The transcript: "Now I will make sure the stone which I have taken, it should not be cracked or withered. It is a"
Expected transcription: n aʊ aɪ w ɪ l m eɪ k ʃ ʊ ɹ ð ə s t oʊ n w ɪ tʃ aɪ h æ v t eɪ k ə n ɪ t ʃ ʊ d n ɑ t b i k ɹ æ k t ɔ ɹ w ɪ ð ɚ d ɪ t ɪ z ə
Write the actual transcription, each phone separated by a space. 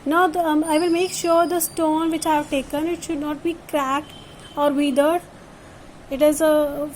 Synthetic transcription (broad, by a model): n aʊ aɪ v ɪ l m eɪ k ʃ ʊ ɹ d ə s t oʊ n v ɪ tʃ aɪ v t eɪ k ə n ɪ t ʃ ʊ d n ɑ t b i k ɹ æ k t ɔ ɹ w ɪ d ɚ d ɪ t ɪ z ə